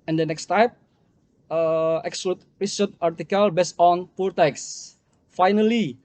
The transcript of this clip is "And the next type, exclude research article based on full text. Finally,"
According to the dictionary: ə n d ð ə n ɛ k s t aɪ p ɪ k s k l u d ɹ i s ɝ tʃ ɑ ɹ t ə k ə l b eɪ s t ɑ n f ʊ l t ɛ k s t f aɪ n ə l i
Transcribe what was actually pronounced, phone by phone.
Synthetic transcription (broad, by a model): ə n d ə n ɛ k s t aɪ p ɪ k s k l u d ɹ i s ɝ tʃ ɑ ɹ t ə k ə l b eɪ s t ɑ n p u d t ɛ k s f aɪ n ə l i